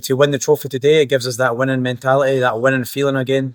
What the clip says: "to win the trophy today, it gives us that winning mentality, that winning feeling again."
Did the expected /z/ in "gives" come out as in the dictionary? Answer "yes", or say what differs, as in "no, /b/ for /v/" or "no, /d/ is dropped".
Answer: yes